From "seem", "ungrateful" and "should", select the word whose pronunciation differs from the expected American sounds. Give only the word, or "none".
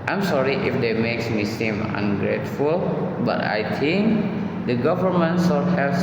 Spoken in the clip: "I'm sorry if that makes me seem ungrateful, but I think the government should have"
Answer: should